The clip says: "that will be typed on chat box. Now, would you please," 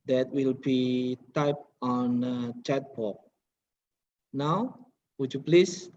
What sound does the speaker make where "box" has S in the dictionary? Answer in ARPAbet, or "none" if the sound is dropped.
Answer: none